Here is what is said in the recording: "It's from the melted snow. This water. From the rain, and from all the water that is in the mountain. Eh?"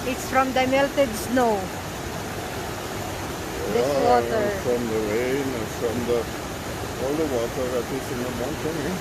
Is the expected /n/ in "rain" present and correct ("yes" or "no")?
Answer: no